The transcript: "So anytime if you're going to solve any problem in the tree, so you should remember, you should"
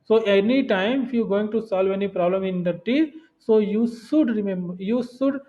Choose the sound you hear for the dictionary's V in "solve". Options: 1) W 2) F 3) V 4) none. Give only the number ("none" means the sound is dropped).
3